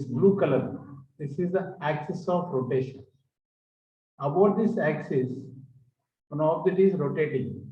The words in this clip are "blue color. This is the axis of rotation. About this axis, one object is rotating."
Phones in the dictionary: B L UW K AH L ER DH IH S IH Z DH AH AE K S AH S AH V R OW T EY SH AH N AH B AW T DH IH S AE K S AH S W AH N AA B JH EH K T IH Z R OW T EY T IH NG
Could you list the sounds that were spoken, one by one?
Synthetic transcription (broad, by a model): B L UW K AH L ER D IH S IH Z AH AE K S AH S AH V R OW T EY SH AH N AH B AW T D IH S AE K S AH S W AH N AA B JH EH T IH Z R OW T EY T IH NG